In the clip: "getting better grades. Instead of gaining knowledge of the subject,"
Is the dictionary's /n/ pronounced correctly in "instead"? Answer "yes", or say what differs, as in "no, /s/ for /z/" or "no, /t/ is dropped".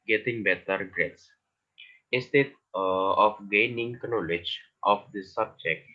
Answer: no, /n/ is dropped